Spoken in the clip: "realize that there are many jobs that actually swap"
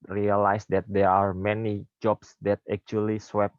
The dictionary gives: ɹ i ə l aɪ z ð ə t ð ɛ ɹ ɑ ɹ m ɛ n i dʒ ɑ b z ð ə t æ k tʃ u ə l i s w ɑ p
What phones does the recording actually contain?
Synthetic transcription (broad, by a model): ɹ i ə l aɪ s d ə t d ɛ ɹ ɑ ɹ m ɛ n i dʒ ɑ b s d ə t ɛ k tʃ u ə l i s w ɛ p